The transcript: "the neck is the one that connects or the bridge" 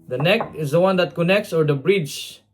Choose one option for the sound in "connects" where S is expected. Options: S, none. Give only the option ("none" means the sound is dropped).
S